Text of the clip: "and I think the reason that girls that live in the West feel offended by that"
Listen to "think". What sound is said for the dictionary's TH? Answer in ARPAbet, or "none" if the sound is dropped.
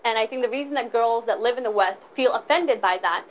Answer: TH